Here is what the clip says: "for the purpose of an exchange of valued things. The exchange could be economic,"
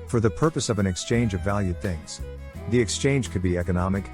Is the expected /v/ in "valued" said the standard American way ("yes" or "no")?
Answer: yes